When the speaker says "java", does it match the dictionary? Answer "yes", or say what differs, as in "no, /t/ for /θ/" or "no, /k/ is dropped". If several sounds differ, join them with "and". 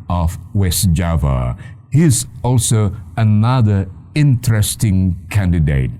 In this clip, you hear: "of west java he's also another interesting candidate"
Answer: yes